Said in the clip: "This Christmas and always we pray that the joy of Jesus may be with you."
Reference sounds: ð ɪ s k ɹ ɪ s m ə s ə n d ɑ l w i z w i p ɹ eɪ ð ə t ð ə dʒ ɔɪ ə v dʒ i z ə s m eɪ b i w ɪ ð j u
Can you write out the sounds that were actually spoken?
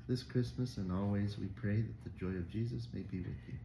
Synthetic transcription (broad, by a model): ð ɪ s k ɹ ɪ s m ə s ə n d ɑ l w i z w i p ɹ eɪ ð ə t ð ə dʒ ɔɪ ə v dʒ i z ə s m eɪ b i w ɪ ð j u